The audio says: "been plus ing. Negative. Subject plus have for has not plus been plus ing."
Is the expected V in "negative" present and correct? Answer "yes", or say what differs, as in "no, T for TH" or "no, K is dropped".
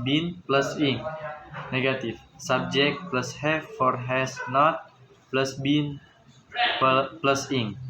no, F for V